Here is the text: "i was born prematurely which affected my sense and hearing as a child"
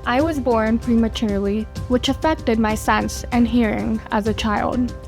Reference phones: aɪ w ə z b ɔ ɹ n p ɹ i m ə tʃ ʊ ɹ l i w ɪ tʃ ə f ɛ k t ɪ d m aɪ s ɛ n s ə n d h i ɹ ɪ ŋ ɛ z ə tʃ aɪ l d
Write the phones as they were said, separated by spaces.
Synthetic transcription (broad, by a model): aɪ w ə z b ɔ ɹ n p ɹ i m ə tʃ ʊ ɹ l i w ɪ tʃ ə f ɛ k t ɪ d m aɪ s ɛ n s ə n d h i ɹ ɪ ŋ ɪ z ə tʃ aɪ l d